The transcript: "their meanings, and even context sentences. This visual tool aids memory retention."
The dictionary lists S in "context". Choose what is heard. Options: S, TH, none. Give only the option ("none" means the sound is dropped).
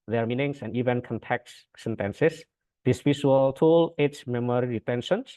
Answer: none